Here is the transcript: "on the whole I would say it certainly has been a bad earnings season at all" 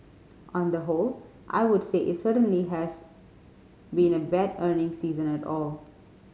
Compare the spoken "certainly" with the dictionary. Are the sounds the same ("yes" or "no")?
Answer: yes